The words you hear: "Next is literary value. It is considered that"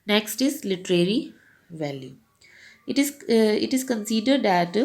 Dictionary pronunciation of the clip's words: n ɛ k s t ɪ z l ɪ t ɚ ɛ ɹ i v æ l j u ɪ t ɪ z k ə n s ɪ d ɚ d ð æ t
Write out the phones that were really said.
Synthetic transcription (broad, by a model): n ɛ k s t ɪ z l ɪ t ɚ ɛ ɹ i v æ l j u ɪ t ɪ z k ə n s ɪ d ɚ d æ t